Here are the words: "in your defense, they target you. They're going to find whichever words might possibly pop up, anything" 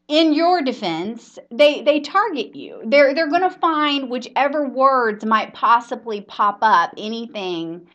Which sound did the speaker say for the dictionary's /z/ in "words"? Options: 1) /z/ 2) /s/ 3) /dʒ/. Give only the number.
1